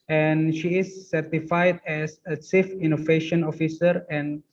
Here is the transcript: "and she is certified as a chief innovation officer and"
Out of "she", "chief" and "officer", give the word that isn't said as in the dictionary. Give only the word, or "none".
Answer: chief